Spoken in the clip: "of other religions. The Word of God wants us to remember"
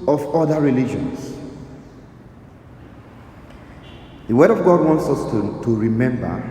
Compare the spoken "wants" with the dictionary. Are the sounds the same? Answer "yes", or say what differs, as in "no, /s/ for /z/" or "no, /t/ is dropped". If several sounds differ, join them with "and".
yes